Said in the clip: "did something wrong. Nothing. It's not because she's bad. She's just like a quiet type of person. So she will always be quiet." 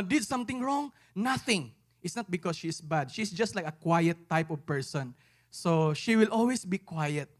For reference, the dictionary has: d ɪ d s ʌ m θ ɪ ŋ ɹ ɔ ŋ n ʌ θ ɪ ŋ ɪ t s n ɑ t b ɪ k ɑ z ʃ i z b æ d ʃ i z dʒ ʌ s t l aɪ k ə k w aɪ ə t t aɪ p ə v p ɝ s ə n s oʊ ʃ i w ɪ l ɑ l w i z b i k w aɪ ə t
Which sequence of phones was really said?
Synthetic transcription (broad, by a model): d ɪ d s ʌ m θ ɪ ŋ ɹ ɔ ŋ n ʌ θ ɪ ŋ ɪ t s n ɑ t b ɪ k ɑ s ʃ i s b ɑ d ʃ i s dʒ ʌ s t l aɪ k ə k w aɪ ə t t aɪ p ə v p ɝ s ə n s oʊ ʃ i w ɪ l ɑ l w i s b i k w aɪ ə t